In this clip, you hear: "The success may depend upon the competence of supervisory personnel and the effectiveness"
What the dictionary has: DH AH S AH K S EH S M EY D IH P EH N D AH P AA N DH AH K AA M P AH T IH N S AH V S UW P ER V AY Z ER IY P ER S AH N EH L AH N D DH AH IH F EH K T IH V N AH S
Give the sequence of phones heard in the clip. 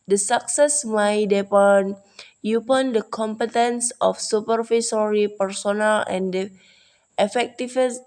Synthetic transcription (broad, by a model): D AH S AH K S EH S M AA D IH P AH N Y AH P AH N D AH K AA M P AH T IH N S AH F S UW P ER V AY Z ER IY P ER S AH N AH L AH N D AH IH F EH K T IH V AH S